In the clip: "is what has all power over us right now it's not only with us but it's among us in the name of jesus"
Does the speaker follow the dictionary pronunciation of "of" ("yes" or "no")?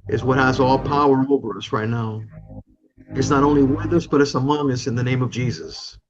yes